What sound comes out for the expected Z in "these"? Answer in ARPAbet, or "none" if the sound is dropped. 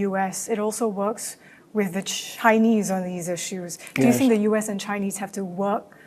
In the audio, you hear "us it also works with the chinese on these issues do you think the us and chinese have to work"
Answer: Z